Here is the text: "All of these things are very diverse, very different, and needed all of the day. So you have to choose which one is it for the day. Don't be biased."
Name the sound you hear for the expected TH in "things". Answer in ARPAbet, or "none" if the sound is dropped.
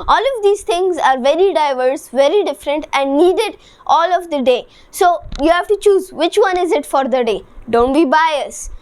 T